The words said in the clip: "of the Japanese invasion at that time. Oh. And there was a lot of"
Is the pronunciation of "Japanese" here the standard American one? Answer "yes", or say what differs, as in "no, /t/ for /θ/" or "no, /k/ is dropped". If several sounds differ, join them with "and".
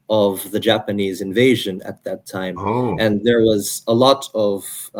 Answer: yes